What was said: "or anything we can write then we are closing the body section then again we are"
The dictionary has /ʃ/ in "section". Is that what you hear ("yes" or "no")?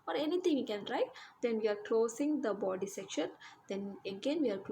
yes